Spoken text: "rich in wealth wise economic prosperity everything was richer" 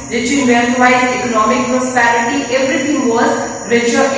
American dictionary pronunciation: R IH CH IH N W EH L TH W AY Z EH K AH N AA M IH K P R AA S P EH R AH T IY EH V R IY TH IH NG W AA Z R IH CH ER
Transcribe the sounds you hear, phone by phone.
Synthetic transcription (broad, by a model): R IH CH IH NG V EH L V AY EH K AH N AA M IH K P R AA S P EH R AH T IY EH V R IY T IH NG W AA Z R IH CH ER